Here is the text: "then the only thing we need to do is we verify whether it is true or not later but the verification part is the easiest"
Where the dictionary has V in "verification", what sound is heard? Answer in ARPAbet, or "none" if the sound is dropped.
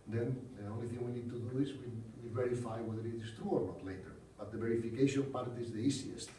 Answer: V